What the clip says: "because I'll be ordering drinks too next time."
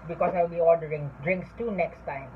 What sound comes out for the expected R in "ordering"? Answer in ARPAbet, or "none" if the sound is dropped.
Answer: L